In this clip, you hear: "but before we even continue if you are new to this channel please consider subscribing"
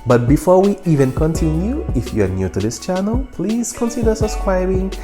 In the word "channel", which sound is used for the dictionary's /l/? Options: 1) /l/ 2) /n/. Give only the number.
1